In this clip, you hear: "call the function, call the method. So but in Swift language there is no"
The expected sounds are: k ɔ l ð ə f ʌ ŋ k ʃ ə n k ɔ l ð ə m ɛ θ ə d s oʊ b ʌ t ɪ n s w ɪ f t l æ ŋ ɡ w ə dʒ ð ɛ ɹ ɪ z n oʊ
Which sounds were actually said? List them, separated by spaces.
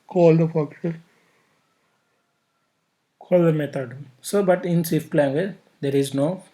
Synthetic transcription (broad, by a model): k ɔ l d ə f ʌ k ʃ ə k ɔ l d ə m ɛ t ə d s oʊ b ʌ t ɪ n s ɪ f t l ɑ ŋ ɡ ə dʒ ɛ ɹ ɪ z n oʊ